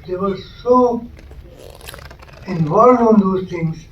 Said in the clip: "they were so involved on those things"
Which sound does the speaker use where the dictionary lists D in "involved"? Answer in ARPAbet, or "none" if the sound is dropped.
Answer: none